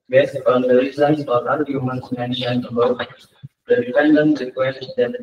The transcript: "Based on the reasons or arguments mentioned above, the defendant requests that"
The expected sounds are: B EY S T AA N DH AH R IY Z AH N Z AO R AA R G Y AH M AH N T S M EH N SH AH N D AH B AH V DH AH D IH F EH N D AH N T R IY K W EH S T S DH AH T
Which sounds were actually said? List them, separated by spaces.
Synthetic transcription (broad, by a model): B EY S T AA N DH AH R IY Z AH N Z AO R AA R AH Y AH M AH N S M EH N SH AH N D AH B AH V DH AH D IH P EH N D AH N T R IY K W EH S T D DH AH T